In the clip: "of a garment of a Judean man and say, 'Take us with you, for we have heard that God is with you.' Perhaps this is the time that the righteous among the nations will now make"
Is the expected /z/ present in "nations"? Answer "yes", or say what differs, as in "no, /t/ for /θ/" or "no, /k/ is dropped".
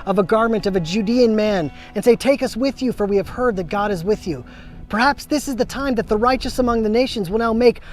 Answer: yes